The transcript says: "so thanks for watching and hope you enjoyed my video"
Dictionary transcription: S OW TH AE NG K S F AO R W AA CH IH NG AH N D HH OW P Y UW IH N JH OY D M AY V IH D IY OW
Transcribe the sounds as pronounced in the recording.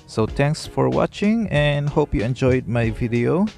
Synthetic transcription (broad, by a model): S OW T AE NG K S F AO R W AA CH IH NG AH N D HH OW P Y UW IH N JH OY D M AY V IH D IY OW